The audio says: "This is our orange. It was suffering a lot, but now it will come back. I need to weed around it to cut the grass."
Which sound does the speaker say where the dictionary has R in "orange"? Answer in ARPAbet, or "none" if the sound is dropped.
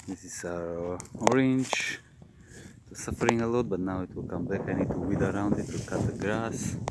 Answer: R